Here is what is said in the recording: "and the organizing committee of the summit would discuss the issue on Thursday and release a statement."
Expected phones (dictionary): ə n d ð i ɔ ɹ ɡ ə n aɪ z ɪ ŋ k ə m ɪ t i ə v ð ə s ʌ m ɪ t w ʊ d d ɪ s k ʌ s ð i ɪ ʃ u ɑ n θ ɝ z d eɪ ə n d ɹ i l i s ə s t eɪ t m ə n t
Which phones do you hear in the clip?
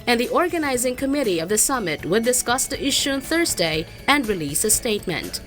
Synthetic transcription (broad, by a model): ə n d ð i ɔ ɹ ɡ ə n aɪ z ɪ ŋ k ə m ɪ t i ə v ð ə s ʌ m ɪ t w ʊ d d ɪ s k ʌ s ð i ɪ ʃ u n θ ɝ z d eɪ ə n d ɹ i l i s ə s t eɪ t m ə n t